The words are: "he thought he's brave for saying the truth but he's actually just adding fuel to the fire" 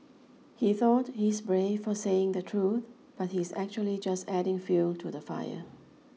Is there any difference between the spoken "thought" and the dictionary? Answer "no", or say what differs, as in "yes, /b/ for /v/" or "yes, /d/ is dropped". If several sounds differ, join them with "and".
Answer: no